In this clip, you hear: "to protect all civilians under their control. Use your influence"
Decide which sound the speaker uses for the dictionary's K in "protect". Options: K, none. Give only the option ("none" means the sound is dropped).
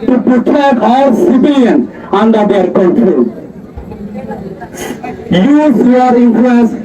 none